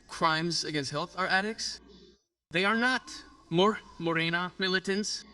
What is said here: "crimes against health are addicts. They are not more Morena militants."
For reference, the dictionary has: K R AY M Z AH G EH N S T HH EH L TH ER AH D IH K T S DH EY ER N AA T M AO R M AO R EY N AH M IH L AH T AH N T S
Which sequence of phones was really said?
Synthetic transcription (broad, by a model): K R AY M Z AH G EH N S T HH EH L TH ER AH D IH K S DH EY ER N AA T M AO R M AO R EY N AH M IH L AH T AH N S